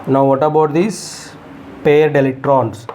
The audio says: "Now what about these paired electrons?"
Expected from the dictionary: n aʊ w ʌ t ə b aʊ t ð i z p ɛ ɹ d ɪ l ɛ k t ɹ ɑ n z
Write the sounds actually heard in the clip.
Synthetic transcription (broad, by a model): n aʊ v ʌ t ə b aʊ t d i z p ɛ ɹ d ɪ l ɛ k t ɹ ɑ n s